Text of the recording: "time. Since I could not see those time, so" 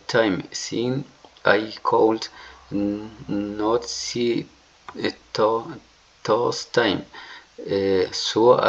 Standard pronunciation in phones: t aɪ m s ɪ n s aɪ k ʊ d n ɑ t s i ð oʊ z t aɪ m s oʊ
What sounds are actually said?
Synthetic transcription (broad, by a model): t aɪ m s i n aɪ k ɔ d n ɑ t s i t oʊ s t aɪ m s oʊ